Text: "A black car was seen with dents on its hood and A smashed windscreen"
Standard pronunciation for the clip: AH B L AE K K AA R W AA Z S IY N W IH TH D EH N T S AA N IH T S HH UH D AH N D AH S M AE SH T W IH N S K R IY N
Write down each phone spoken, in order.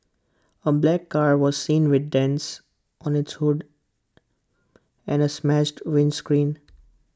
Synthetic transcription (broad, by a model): AH B L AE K K AA R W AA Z S IY N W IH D D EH N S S AA N IH T S HH UH D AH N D AH S M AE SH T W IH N S K R IY N